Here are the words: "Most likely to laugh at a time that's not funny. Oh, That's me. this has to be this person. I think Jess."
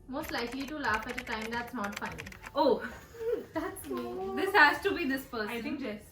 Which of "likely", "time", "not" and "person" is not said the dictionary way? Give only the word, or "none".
person